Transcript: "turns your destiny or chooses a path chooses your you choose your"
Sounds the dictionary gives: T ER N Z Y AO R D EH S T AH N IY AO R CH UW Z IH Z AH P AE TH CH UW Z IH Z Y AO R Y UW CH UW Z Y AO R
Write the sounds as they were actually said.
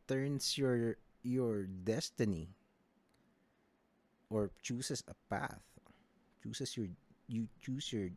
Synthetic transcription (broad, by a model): T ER N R Y AO R D EH S T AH N IY AO R CH UW S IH S AH P AE TH CH UW S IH S Y AO R Y UW CH UW S Y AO R